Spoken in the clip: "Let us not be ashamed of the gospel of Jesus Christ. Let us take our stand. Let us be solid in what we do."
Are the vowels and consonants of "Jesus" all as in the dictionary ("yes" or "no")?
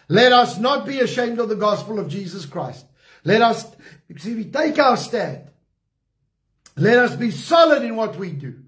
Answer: yes